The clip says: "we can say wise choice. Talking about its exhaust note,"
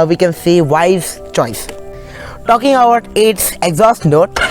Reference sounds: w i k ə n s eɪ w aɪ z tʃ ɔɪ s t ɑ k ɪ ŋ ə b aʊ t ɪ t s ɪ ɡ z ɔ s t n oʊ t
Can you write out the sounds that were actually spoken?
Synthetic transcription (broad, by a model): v i k ə n s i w aɪ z tʃ ɔɪ s t ɑ k ɪ ŋ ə ʊ t ɪ t s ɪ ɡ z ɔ s t n oʊ t